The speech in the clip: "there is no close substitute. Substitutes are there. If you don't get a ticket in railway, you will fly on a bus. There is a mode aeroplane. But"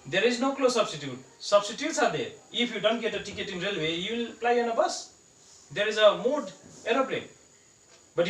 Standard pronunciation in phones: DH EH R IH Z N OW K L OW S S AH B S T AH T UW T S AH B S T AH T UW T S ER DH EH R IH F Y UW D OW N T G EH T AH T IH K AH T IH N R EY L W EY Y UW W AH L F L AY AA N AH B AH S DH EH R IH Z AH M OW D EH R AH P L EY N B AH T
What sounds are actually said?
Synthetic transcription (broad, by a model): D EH R IH Z N OW K L OW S S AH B S T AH T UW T S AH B S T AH T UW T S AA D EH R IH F Y UW D OW N T G EH T AH T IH K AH T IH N R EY L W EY Y UW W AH L P L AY AA N AH B AH S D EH R IH Z AH M OW D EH R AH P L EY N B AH T